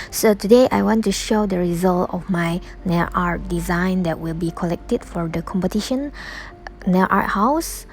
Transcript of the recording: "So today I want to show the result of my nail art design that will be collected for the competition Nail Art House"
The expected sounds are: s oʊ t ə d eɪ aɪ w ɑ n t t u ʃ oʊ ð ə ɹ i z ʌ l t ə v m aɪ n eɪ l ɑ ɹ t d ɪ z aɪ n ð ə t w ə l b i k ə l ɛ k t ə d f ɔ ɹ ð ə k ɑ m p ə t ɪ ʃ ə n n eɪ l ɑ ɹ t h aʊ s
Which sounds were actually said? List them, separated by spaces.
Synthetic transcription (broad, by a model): s oʊ t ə d eɪ aɪ w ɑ n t t u ʃ oʊ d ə ɹ i z ʌ l t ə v m aɪ n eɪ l ɑ ɹ t d ɪ z aɪ n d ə t w ə l b i k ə l ɛ k t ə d f ɔ ɹ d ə k ɑ m p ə t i ʃ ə n n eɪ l ɑ ɹ t h aʊ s